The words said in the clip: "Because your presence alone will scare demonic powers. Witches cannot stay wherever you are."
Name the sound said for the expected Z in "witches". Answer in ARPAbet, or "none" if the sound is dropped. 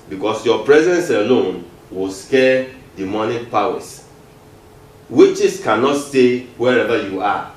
S